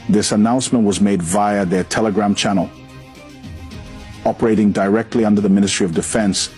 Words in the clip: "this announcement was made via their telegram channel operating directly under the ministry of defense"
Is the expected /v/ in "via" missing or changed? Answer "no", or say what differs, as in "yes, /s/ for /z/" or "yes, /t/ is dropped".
no